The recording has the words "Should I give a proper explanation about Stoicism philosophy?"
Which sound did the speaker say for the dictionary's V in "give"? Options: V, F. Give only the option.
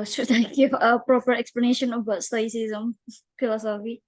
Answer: F